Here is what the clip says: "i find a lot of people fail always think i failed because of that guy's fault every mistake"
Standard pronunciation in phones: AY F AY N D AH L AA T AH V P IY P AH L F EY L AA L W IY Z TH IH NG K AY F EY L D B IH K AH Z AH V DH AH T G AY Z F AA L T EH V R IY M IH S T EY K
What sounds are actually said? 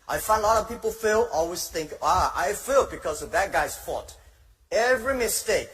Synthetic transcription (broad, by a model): AY F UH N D L AA T AH V P IY P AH L F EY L AA L W IY Z TH IH NG K AY F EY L B IH K AH Z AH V DH AH T G AY Z F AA T EH V R IY M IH S T EY K